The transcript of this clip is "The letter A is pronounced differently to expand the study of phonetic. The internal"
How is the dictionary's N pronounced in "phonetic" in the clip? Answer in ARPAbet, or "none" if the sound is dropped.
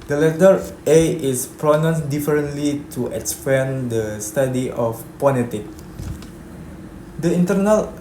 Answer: L